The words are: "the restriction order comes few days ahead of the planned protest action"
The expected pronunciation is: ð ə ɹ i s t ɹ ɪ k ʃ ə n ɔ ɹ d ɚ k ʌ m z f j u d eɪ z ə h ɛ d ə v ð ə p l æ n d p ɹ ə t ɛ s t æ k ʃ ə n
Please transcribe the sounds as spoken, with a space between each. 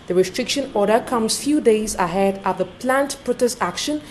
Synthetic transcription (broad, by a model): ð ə ɹ i s t ɹ ɪ k ʃ ə n ɔ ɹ d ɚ k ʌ m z f j u d eɪ z ə h ɛ d ə v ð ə p l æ n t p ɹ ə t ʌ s æ k ʃ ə n